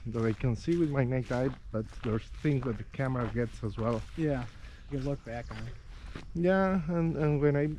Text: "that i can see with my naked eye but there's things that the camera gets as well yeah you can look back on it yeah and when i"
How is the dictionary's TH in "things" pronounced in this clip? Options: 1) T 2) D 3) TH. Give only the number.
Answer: 3